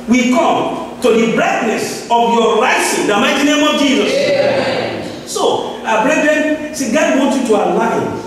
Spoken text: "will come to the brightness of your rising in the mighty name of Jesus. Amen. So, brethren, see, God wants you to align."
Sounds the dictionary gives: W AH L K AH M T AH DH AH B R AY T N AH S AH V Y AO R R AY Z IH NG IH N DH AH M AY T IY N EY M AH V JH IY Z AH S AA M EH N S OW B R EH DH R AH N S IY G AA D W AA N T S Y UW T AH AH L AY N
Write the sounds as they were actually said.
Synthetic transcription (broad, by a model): W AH K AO M T AH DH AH B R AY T N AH S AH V Y AO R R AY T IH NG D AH M AY T IY N EY M AH V JH IY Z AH S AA AA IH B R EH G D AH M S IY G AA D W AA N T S Y UW T AH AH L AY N